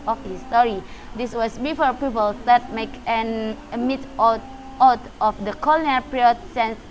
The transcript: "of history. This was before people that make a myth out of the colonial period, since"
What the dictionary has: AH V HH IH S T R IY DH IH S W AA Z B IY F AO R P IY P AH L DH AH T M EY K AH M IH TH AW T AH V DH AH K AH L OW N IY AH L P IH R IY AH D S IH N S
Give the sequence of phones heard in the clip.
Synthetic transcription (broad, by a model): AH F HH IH S T R IY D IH S W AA S B IY F AO R P IY P AH L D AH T M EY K AH M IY T AW T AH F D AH K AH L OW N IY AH P R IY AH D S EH N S